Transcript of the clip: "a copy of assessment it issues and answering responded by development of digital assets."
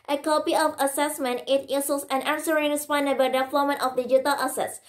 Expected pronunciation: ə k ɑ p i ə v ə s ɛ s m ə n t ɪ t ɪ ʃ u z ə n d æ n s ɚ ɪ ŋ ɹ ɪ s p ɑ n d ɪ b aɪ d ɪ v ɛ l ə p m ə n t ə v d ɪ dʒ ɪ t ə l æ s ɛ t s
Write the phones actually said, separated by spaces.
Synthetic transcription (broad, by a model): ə k ɑ p i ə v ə s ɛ s m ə n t ɪ t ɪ s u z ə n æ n s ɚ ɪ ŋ ɹ ɪ s p ɑ n d ɪ b aɪ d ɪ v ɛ l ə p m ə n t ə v d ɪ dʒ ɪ t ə l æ s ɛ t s